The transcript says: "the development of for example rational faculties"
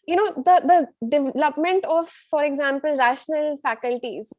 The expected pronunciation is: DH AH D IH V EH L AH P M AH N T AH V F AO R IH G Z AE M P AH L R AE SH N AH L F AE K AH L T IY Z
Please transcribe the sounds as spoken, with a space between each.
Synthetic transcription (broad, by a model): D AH D IH V EH L AH P M AH N T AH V F AO R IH G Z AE M P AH L R AE SH N AH L F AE K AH L T IY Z